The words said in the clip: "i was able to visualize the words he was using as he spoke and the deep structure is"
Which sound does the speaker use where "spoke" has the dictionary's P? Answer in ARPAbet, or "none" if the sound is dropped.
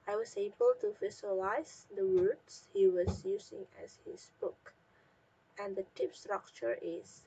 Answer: B